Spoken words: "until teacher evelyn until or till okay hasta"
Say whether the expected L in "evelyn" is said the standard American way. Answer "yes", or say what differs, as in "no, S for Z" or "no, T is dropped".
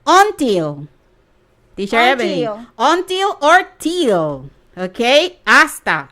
no, L is dropped